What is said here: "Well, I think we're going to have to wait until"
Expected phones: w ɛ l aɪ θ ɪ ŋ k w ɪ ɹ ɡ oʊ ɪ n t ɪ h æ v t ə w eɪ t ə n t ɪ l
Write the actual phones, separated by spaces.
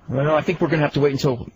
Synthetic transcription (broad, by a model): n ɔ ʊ aɪ θ ɪ ŋ k w ɪ ɹ ɡ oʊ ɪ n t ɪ h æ f t ə w eɪ t n t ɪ l